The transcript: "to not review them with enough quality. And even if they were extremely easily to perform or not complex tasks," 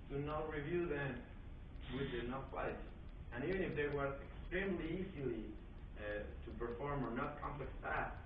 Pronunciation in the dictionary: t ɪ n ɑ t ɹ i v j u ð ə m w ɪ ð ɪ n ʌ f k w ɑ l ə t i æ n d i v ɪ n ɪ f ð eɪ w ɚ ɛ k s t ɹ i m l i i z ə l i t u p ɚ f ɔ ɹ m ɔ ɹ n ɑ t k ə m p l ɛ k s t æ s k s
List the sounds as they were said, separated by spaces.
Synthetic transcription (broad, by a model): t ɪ n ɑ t ɹ i v j u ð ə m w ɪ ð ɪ n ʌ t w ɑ ə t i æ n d i v ɪ n ɪ f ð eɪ w ɚ ɛ k s t ɹ i m l i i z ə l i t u p ɚ f ɔ ɹ m ɔ ɹ n ɑ t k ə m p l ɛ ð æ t